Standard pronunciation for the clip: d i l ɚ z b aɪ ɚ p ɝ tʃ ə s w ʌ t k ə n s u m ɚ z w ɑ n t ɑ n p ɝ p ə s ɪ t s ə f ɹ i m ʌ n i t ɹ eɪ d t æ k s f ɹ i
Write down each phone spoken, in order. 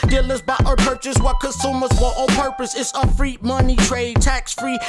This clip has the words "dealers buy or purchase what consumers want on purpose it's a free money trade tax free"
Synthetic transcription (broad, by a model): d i l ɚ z b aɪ ɚ p ɝ tʃ ə s w ʌ t k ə n s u m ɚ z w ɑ t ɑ p ɝ p ə s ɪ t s ə f ɹ i m ʌ n i t ɹ eɪ d t æ k s f ɹ i